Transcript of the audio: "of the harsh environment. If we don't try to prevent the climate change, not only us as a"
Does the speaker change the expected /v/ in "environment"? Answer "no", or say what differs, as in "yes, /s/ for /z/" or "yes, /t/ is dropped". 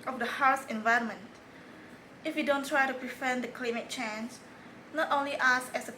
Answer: no